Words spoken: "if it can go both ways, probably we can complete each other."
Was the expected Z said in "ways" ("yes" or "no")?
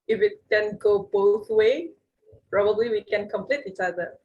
no